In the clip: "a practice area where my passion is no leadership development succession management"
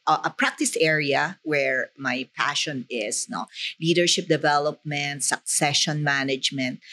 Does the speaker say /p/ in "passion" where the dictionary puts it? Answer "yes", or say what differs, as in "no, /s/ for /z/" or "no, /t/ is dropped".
yes